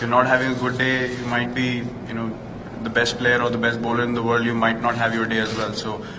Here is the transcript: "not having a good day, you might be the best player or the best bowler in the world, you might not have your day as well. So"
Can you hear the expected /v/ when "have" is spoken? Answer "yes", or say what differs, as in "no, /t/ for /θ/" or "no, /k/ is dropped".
yes